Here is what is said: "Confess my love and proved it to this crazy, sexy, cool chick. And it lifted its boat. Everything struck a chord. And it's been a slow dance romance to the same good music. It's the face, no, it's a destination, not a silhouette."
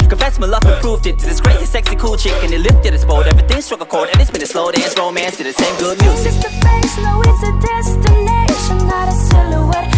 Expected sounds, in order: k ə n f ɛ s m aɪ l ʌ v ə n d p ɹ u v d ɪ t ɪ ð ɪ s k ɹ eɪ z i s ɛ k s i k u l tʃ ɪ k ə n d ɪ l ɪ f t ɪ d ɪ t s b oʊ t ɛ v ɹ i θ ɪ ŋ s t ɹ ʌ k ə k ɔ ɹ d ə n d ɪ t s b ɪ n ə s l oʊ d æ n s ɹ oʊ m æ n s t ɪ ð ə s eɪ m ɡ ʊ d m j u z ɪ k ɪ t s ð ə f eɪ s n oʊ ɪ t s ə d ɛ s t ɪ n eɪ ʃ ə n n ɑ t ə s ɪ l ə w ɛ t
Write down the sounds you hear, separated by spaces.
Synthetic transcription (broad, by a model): k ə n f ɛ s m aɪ l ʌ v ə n p ɹ u v d ɪ t ɪ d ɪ s k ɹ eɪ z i s ɛ k s i k u l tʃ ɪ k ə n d ɪ l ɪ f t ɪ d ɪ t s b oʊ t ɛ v ɹ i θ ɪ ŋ s t ɹ ʌ k ə k ɔ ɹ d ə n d ɪ t s b ɪ n ə s l oʊ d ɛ s ɹ oʊ m æ n s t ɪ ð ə s eɪ m ɡ ʊ d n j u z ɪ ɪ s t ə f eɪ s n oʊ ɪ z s ə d ɛ s t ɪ n eɪ ʃ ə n n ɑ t ə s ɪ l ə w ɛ